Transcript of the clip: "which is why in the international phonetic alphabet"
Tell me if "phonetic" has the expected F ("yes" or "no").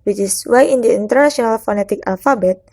yes